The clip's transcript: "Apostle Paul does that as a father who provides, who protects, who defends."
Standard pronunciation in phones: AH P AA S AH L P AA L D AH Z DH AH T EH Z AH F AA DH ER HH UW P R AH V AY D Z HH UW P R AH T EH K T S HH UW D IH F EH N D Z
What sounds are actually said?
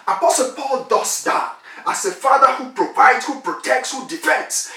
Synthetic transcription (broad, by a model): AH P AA S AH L P AA L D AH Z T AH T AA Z AH F AA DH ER HH UW P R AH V AY D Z HH UW P R AH T EH K T S HH UW D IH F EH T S